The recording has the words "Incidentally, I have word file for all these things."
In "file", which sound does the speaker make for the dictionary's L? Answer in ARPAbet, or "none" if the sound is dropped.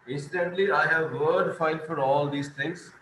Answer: N